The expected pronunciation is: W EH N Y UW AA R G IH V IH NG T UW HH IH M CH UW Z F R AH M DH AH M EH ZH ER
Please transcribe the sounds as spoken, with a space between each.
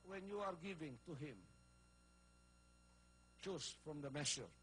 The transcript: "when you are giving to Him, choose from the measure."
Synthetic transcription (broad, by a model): W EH N Y UW AA R G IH V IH NG T UW HH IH M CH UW S F R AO M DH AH M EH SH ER